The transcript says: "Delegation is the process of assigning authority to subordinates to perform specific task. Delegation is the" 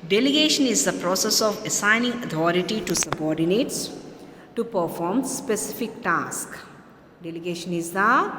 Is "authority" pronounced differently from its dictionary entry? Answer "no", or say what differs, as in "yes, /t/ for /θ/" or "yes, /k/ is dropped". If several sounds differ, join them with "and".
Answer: yes, /t/ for /θ/